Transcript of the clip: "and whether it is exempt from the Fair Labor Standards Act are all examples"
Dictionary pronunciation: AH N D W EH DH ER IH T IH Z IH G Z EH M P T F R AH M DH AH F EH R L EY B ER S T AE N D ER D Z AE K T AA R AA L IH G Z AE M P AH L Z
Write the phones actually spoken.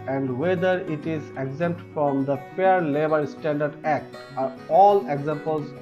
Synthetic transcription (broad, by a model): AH N D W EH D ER IH T IH Z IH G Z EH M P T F R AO M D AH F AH R L EY B ER S T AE N D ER D AE K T AA R AA L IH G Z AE M P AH L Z